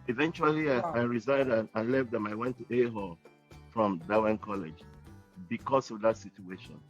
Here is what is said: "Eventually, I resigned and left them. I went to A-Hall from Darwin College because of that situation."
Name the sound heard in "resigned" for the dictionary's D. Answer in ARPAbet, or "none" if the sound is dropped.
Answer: D